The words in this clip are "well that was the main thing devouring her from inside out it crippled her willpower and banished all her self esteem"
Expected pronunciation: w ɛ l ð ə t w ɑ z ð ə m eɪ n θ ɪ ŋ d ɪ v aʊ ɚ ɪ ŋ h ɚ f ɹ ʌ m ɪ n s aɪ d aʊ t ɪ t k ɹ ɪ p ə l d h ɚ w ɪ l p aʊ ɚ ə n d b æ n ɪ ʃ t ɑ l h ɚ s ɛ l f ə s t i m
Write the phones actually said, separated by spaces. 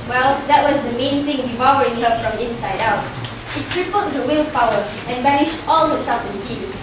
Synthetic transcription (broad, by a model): w ɛ l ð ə t w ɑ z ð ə m eɪ n θ ɪ ŋ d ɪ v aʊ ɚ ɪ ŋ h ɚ f ɹ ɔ m ɪ n s aɪ d aʊ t ɪ t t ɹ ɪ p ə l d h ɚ w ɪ l p aʊ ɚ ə n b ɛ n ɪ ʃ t ɑ l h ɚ s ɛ f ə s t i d